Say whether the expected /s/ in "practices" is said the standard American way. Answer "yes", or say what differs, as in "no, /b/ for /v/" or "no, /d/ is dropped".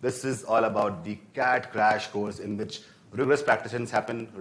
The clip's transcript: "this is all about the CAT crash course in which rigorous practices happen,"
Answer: no, /ʃ/ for /s/